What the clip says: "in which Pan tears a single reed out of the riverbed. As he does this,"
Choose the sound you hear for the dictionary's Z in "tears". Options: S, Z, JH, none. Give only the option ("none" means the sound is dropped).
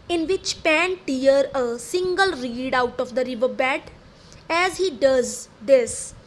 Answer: none